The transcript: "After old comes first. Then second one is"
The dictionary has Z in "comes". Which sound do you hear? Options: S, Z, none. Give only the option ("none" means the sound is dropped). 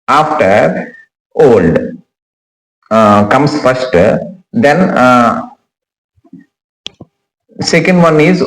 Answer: S